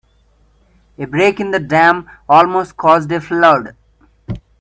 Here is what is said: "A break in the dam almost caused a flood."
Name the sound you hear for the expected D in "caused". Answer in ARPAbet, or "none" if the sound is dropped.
D